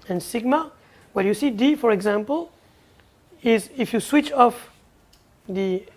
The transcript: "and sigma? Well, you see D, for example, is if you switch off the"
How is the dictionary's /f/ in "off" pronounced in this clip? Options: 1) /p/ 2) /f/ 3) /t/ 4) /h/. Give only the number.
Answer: 2